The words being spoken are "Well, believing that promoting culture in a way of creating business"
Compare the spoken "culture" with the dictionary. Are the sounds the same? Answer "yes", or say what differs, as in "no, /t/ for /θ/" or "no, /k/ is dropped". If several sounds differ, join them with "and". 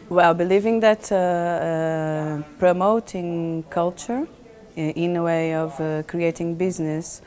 yes